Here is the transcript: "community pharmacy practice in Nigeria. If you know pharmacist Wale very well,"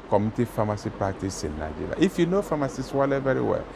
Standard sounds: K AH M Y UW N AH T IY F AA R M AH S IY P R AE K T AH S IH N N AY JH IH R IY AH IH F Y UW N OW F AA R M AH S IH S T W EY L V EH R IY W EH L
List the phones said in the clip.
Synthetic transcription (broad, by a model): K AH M T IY F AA M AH S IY P AA T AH S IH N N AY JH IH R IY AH IH F Y UW N OW F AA M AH S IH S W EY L V EH R IY W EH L